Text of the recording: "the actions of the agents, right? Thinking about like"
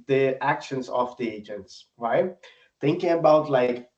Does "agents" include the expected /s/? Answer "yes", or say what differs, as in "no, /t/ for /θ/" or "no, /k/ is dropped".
yes